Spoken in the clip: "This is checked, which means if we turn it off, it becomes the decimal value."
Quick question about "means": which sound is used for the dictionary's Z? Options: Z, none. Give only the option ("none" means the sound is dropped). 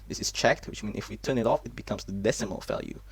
none